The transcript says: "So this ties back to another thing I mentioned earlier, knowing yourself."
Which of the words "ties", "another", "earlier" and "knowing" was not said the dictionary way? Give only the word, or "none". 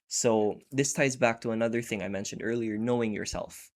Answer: none